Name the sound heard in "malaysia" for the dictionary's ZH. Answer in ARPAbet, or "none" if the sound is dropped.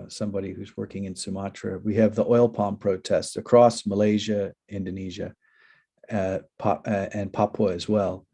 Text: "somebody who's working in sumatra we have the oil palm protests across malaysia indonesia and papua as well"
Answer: ZH